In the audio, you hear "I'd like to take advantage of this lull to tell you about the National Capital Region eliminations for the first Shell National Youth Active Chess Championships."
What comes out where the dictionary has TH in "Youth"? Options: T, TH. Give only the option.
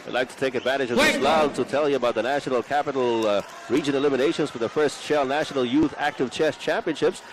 TH